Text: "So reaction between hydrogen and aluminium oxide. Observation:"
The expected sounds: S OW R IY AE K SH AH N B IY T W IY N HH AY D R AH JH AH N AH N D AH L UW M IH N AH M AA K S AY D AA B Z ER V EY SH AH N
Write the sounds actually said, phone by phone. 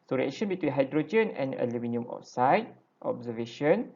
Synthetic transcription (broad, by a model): S OW R IY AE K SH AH N B IY T W IY N HH AY D R AH JH AH N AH N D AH L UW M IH N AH M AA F S AY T AA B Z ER V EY SH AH N